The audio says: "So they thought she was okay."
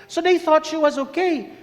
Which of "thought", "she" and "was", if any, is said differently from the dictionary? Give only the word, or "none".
none